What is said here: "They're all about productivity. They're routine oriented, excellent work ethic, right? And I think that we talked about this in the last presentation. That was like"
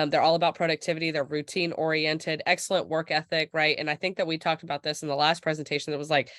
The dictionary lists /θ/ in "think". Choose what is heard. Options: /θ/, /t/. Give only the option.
/θ/